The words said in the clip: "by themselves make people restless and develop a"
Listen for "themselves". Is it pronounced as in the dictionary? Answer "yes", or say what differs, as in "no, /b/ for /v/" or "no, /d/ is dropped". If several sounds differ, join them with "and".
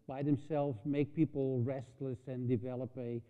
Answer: yes